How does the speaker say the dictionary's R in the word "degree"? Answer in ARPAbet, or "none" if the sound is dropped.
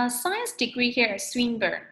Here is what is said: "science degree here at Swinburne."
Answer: R